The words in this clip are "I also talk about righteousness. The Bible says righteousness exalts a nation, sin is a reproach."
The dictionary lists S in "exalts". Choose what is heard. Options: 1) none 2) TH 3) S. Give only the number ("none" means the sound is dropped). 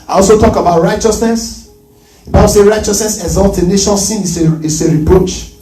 1